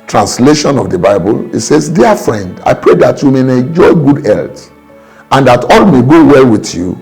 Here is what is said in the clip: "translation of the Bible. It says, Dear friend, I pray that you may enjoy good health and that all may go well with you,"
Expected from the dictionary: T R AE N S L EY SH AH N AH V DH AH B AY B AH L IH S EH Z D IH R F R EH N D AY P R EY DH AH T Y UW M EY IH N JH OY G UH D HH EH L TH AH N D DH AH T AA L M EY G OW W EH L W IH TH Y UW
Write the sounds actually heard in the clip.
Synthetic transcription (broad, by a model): T R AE N S L EY SH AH N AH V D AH B AY B AH L IH S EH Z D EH F R EH N D AY P R EY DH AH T Y UW M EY IH N JH OY G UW D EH L T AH N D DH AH T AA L M EY G OW W EH L W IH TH Y UW